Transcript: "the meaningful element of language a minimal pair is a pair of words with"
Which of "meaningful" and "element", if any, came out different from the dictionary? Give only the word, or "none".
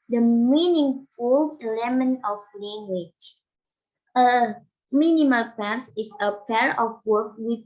element